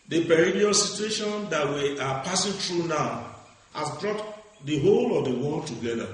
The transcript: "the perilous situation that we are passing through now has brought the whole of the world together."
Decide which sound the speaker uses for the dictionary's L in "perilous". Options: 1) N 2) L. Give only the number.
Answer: 1